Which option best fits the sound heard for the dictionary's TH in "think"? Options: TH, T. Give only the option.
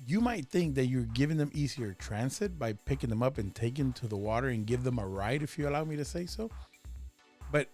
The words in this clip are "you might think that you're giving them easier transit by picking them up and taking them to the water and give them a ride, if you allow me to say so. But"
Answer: TH